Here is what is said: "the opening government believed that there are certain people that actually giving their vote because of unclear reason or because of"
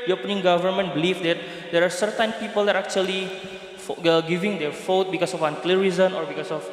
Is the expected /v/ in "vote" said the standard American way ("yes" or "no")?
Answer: no